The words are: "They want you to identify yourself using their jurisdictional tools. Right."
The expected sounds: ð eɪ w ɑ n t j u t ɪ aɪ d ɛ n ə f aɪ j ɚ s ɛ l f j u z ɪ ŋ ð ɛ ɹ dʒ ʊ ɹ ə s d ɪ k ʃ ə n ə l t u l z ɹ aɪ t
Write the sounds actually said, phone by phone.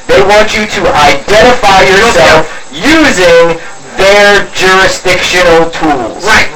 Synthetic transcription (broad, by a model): ð eɪ w ɑ n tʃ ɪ t ɪ aɪ d ɛ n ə f aɪ j ɚ s ɛ l f j u z ɪ ŋ ð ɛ ɹ dʒ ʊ ɹ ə s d ɪ k ʃ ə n l t u l z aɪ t